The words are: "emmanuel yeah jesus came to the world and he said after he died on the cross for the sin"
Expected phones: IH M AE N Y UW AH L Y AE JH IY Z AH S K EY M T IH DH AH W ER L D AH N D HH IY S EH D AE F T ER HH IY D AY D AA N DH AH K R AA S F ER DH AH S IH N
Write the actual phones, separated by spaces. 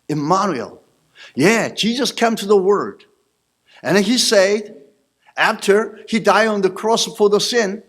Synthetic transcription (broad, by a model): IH M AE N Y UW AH L Y AE JH IY Z AH S K EY M T IH DH AH W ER D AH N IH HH IY S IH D AE F T ER HH IY D AY D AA N DH AH K R AA S F ER DH AH S IH N